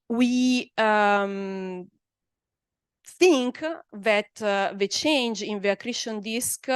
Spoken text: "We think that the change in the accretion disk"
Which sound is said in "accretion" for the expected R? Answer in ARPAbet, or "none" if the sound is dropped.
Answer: R